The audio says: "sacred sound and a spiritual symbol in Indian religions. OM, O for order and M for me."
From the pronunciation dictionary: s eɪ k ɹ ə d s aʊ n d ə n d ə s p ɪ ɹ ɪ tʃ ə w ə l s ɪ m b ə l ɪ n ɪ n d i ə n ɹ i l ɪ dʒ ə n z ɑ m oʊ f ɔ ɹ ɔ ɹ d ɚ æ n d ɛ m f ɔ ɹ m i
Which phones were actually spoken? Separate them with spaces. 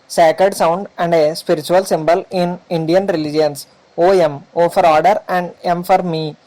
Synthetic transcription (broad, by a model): s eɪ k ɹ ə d s aʊ n d ə n d ə s p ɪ ɹ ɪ tʃ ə ə l s ɪ m b ə l ɪ n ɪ n d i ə n ɹ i l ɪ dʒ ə n s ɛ m oʊ f ɔ ɹ ɔ ɹ d ɚ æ n d ɛ m f ɔ ɹ m i